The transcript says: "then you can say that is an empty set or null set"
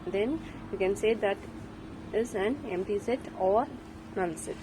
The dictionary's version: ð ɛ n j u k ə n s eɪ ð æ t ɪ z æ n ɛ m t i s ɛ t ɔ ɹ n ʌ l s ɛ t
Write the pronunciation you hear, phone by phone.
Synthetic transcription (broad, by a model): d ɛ n j u k ə n s eɪ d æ t ɪ z æ n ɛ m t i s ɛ t ɔ ɹ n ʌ n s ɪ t